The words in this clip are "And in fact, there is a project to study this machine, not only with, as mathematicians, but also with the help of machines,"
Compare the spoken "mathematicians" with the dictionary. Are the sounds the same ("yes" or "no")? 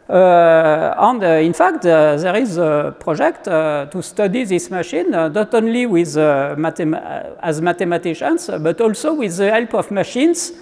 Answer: no